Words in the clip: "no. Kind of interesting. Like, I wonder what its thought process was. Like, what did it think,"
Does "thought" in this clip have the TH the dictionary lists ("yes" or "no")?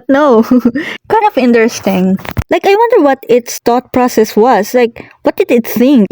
no